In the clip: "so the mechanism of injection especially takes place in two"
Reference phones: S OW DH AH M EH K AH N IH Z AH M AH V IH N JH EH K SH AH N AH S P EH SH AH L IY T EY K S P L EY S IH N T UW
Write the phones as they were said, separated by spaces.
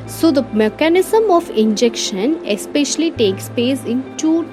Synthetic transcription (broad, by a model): S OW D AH M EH K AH N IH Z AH M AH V IH N JH EH K SH AH N AH S P EH SH AH L IY T EY K S P EY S IH N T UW